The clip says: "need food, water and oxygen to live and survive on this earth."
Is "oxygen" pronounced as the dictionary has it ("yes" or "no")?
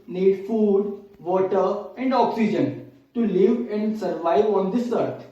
yes